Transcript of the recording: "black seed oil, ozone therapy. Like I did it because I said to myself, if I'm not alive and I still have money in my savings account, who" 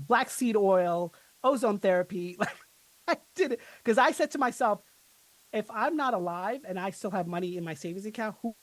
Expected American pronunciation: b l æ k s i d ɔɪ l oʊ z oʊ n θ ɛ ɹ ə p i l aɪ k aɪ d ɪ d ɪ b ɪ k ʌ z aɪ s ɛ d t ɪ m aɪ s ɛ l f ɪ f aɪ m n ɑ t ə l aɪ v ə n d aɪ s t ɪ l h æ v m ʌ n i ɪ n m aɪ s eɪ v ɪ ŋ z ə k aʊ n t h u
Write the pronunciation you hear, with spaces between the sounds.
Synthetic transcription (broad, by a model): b l æ k s i d ɔɪ l oʊ z oʊ n θ ɛ ɹ ə p i l aɪ k aɪ d ɪ d ɪ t k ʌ z aɪ s ɛ d t ɪ m aɪ s ɛ l f ɪ f aɪ m n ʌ t ə l aɪ v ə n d aɪ s t ɪ l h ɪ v m ʌ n i ɪ n m aɪ s eɪ v ɪ ŋ z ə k aʊ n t h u